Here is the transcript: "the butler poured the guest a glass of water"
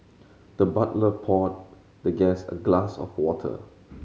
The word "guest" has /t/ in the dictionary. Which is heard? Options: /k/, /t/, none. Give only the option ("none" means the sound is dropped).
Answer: none